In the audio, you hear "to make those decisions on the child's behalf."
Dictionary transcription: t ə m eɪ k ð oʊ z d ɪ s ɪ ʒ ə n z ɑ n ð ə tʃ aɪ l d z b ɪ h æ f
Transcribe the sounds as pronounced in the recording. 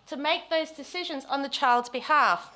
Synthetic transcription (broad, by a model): t ə m eɪ k ð oʊ z d ɪ s ɪ ʒ ə n z n ð ə tʃ aɪ l d z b ɪ h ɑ f